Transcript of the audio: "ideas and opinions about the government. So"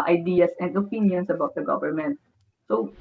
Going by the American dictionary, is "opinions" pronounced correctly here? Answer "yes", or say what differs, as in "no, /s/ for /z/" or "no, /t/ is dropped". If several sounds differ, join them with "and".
no, /s/ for /z/